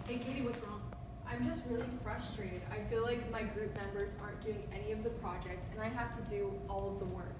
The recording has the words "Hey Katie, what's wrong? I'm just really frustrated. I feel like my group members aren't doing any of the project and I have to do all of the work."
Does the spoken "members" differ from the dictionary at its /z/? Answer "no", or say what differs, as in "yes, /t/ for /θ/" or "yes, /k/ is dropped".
no